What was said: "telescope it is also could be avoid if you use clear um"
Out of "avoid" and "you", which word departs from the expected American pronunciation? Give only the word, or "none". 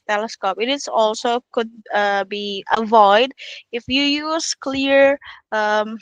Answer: none